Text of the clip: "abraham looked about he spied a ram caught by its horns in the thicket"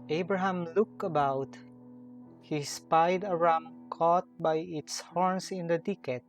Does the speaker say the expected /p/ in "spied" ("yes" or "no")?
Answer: yes